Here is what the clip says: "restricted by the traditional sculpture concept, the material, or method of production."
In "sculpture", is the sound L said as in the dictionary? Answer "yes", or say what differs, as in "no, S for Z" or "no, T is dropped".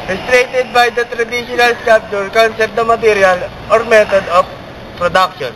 no, L is dropped